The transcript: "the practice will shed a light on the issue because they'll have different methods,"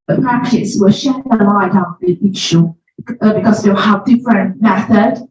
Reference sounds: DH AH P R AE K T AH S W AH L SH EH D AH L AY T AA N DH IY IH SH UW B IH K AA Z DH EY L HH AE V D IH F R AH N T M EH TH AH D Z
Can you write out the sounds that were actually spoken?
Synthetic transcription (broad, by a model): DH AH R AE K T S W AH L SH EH AH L AY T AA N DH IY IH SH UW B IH K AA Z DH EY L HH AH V D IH F R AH N M EH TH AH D